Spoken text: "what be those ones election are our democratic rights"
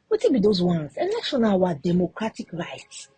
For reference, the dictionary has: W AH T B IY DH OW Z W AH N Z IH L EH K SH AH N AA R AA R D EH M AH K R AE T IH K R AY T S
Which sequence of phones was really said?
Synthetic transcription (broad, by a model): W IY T B IY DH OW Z W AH N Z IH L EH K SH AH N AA W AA D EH M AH K R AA T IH K R AY T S